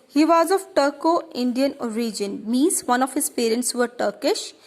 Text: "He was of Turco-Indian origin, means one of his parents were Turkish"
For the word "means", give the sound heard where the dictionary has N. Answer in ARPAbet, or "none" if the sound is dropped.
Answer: none